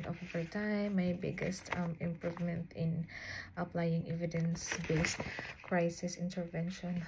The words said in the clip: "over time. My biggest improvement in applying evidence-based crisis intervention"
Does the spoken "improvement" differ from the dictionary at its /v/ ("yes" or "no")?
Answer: no